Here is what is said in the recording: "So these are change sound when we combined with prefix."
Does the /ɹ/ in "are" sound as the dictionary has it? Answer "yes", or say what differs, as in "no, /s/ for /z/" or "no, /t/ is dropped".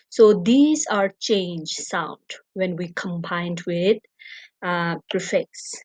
yes